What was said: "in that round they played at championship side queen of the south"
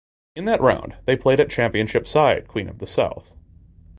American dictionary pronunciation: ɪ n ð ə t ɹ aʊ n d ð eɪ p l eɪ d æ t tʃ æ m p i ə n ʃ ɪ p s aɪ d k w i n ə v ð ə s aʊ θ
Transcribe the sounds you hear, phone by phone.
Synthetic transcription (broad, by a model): ɪ n ð ə t ɹ aʊ n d ð eɪ p l eɪ d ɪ t tʃ æ m p i ə n ʃ ɪ p s aɪ d k w i n ə v ð ə s aʊ θ